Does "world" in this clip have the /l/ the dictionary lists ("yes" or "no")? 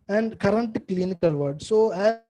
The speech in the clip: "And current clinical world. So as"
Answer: no